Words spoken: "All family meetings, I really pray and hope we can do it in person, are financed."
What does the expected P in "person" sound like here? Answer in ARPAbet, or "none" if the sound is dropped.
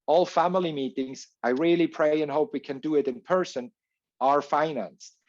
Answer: P